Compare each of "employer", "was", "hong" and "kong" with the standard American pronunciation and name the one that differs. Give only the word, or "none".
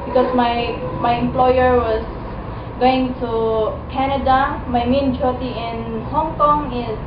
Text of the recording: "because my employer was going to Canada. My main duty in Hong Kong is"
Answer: was